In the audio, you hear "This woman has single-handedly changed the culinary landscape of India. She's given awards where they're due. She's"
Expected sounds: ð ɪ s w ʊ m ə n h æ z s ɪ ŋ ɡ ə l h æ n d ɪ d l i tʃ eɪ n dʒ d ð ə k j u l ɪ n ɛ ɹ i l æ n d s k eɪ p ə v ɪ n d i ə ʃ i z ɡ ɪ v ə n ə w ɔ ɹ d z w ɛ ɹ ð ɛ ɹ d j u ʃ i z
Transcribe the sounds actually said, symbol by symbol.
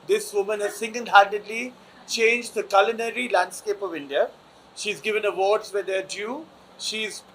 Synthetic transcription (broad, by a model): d ɪ s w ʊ m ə n h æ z s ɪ ŋ ɡ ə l h æ n d ɪ d l i tʃ eɪ n dʒ d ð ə k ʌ l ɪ n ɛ ɹ i l æ n d s k eɪ p ə v ɪ n d i ə ʃ i z ɡ ɪ v ə n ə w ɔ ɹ d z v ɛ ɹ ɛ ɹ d j u ʃ i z